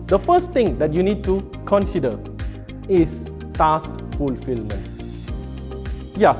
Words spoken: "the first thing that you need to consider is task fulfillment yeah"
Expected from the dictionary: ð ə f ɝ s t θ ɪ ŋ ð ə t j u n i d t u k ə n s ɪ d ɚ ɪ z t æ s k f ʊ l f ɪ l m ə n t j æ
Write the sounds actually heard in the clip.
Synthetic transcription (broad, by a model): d ə f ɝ s t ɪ ŋ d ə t j u n i d t u k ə n s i d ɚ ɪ s t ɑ s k f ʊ l f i l m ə n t j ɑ